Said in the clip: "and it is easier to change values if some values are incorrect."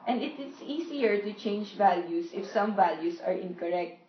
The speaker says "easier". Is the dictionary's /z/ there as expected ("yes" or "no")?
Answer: no